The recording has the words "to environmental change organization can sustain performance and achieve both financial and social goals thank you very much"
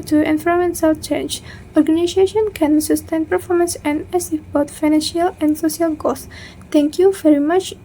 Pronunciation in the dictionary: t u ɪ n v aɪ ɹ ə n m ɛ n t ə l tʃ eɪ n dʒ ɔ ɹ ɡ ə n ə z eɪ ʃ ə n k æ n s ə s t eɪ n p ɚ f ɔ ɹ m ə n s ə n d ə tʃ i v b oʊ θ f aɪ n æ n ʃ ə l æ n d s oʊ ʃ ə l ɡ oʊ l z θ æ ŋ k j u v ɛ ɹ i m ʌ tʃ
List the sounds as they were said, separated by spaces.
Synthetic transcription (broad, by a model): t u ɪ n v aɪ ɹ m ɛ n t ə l tʃ eɪ n dʒ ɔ ɹ ɡ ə n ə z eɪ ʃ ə n k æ n s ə s t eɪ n p ɚ f ɔ ɹ m ə n s ə n d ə s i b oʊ t f aɪ n æ n ʃ ə l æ n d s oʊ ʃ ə l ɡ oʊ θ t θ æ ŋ k j u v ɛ ɹ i m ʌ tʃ